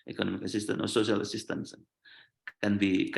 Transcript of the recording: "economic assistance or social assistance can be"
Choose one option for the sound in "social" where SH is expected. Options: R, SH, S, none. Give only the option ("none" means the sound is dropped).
none